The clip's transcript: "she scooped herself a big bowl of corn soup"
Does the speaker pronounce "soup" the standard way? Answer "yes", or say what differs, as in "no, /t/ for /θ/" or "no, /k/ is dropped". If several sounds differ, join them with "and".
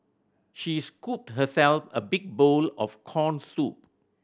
yes